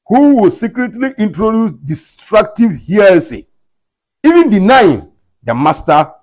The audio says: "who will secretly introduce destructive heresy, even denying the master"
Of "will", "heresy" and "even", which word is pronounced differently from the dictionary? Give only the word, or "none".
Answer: heresy